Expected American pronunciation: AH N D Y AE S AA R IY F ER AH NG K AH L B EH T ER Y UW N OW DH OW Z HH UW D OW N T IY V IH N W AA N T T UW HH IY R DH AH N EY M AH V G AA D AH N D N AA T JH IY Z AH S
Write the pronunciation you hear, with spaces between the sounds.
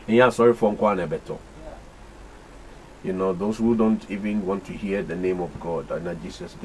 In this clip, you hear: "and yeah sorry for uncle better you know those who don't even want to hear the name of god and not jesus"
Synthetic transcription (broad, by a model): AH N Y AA S AA R IY F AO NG K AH N B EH T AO Y UW N OW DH OW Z HH UW D OW N T IY V IH N W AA N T T UW HH IY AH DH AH N EY M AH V G AA D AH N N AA JH IY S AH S